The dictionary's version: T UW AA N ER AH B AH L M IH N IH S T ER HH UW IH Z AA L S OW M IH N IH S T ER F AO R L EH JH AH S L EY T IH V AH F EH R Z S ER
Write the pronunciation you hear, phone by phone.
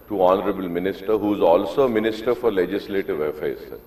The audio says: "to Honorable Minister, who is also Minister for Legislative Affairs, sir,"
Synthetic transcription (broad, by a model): T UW AA N ER AH B AH L M IH N IH S T ER HH UW IH Z AA L S OW M IH N IH S T ER F AO R L EH JH AH S L EY T IH V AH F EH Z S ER